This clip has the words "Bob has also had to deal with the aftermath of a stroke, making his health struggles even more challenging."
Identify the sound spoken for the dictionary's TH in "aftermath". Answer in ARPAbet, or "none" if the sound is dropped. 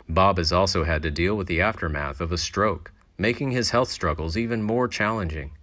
TH